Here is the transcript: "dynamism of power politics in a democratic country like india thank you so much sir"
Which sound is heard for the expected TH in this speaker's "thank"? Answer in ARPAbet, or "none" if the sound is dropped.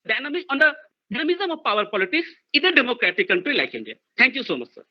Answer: T